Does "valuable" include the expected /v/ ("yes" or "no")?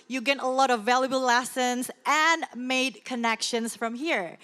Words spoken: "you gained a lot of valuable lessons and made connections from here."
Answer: yes